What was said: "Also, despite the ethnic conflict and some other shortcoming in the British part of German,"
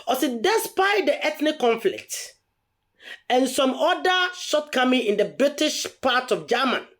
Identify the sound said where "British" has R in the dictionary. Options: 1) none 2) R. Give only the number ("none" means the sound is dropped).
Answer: 2